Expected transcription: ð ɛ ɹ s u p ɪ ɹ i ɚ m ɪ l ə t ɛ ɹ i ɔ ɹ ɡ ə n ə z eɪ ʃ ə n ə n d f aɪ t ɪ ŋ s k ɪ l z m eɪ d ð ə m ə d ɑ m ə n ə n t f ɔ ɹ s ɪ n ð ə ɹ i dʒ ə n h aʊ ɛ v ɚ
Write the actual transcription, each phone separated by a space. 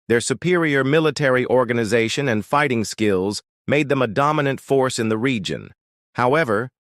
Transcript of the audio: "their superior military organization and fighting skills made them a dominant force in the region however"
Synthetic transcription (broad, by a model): ð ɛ ɹ s u p ɪ ɹ i ɚ m ɪ l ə t ɛ ɹ i ɔ ɹ ɡ ə n ə z eɪ ʃ ə n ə n f aɪ t ɪ ŋ s k ɪ l z m eɪ d ð ə m ə d ɑ m ə n ə n t f ɔ ɹ s ɪ n ð ə ɹ i dʒ ə n h aʊ ɛ v ɚ